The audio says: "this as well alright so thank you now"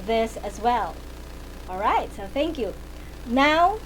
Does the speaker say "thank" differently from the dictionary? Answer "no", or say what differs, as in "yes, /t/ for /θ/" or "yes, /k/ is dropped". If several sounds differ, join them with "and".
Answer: no